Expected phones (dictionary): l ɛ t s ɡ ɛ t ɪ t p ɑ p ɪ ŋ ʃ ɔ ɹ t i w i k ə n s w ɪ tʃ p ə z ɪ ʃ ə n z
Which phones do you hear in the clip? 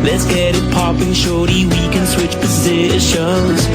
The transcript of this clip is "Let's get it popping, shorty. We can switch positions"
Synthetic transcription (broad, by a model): l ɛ t s ɡ ɛ t ɪ t p ɑ p ɪ ŋ ʃ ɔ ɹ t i w i k ə n s w ɪ tʃ p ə z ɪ ʃ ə n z